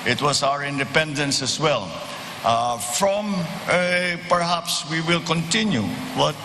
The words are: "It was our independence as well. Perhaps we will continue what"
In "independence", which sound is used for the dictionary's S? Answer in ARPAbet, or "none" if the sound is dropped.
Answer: S